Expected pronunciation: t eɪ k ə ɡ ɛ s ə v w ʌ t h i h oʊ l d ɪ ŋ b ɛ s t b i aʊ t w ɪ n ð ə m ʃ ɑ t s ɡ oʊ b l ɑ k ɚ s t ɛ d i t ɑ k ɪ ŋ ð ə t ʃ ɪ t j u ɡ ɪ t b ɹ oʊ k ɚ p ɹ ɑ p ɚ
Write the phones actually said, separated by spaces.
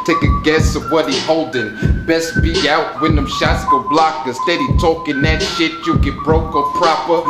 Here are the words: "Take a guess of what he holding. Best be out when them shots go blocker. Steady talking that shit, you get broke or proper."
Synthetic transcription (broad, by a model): t eɪ k ə ɡ ɛ s ə v w ʌ t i h oʊ l d ɪ ŋ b ɛ s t b i aʊ t w ɪ n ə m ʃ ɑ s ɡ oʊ b l ɑ k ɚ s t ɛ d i t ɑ k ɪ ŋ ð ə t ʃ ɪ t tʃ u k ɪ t b ɹ oʊ k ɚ p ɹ ɑ p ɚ